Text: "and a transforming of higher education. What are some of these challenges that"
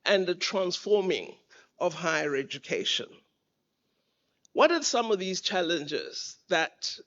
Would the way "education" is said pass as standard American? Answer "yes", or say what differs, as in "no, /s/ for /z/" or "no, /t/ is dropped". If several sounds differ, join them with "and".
yes